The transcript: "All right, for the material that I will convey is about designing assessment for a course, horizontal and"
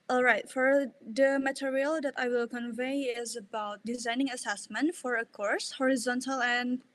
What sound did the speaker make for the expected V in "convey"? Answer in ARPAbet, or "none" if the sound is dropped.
V